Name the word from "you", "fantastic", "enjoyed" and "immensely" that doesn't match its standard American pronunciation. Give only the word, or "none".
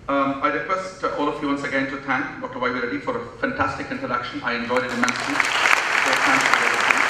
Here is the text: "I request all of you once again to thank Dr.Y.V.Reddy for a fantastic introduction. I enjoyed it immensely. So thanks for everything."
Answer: immensely